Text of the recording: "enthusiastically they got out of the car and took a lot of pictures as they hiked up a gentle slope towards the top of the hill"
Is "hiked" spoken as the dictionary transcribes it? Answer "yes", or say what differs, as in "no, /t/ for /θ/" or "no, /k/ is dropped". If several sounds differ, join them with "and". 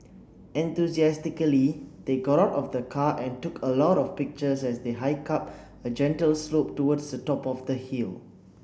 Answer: no, /t/ is dropped